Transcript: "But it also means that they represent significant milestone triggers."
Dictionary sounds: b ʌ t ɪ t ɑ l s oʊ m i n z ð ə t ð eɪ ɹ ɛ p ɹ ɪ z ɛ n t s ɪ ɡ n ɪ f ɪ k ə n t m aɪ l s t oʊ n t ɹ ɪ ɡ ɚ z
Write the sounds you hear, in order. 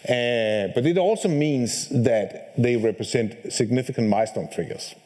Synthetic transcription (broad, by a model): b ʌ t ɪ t ɑ l s oʊ m i n z ð ə t ð eɪ ɹ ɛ p ɹ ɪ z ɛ n t s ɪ ɡ n ɪ f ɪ k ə n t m aɪ s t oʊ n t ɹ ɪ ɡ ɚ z